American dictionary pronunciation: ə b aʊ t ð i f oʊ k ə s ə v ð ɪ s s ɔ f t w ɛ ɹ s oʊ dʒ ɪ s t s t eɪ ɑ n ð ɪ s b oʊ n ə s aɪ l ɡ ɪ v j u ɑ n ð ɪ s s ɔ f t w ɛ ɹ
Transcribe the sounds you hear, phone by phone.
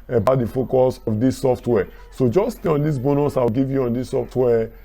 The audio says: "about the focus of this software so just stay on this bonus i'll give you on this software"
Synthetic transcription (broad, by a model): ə b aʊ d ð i f oʊ k ə s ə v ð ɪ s s ɔ f t w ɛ s oʊ dʒ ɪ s s t eɪ ɑ n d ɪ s b oʊ n ə s aɪ w ɡ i v j u ɑ n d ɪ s s ɔ f t w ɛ